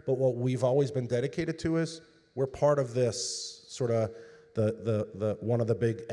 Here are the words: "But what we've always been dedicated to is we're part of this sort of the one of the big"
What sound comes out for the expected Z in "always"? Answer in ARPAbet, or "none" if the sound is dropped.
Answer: Z